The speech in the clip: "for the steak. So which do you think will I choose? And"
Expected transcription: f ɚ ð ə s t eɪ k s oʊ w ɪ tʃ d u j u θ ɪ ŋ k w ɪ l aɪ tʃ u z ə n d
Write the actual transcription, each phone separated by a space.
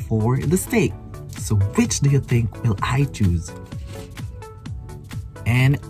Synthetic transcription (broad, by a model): f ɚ ð ə s t eɪ k s oʊ w ɪ tʃ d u j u θ ɪ ŋ k w ɪ l aɪ tʃ u z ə n